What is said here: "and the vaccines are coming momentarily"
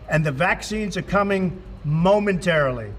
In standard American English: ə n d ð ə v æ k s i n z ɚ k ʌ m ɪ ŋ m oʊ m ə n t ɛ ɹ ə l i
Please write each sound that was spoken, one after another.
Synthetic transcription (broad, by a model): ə n ð ə v æ k s i n z ɚ k ʌ m ɪ ŋ m oʊ m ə n t ɛ ɹ l i